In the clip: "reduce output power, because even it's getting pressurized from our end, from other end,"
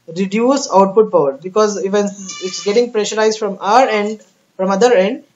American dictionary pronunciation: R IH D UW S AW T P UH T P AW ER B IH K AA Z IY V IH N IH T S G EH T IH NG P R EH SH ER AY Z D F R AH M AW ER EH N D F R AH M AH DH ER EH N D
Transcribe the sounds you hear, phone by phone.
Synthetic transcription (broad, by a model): R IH D UW S AW T P UH T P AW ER B IH K AA Z IY V IH N IH T S G EH T IH NG P R EH SH ER AY Z D F R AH M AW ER EH N D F R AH M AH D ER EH N D